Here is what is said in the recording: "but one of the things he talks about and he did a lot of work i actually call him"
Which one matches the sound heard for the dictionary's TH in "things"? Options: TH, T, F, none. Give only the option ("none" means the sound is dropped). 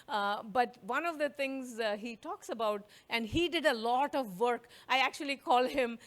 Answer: T